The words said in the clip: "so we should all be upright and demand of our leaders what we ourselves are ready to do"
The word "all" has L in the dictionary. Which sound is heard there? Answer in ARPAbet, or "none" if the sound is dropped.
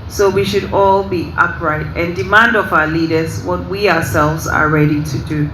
L